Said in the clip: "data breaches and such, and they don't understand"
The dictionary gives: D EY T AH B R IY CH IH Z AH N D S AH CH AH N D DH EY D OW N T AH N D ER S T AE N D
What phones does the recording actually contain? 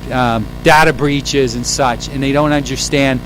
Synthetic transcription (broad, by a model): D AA T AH B R IY CH IH Z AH N S AH CH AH N DH EY D OW N T AH N D ER S T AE N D